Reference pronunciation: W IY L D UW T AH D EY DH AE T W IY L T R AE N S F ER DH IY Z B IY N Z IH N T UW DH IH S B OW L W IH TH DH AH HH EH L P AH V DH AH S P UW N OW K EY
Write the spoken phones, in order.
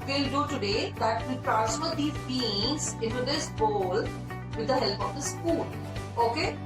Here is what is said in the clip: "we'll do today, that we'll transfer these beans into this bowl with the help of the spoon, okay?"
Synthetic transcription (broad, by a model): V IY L D UW T AH D EY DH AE T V IY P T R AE S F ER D IY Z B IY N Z IH N T UW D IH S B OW L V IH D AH HH EH L P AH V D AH S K UW L OW K EY